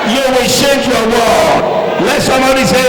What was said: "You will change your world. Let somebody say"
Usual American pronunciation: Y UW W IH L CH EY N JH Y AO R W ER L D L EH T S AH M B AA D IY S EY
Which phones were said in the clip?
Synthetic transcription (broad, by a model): Y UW W IH L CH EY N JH Y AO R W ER D L EH T S AH M B AA D IY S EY